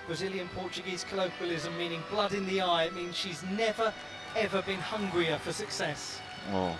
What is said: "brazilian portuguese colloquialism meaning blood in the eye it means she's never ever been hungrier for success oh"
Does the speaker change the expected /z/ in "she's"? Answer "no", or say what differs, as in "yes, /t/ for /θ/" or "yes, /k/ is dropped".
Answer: no